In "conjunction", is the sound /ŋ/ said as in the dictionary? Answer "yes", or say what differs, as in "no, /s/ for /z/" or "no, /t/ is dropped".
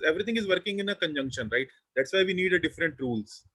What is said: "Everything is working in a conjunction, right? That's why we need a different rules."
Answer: yes